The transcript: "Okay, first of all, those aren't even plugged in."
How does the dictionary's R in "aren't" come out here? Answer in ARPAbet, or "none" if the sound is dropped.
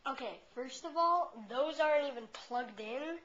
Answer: R